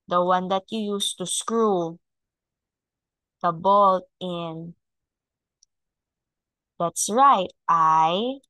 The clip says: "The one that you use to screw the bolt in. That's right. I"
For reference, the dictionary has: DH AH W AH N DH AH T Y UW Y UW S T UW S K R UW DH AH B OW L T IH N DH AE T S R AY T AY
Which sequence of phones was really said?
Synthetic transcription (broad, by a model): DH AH W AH N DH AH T Y UW Y UW S T UW S K R UW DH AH B OW L T IH N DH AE T S R AY T AY